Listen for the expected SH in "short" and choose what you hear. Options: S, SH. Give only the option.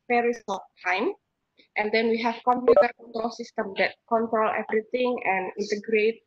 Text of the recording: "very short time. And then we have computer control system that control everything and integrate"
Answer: S